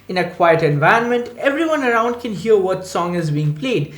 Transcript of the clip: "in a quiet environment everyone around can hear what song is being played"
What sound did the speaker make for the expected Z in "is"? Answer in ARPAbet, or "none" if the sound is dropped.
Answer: Z